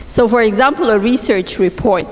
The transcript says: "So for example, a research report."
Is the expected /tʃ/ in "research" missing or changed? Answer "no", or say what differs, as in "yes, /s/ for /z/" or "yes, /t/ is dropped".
no